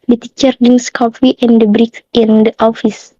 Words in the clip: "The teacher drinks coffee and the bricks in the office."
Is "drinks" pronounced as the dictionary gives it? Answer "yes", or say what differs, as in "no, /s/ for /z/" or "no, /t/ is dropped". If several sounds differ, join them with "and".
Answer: no, /ɹ/ is dropped and /k/ is dropped